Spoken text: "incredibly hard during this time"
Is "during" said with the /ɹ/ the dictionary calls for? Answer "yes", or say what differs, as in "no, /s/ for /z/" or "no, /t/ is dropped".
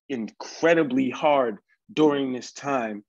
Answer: yes